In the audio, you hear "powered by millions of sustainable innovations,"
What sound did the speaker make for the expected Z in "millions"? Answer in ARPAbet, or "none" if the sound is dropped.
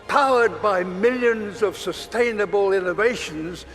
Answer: Z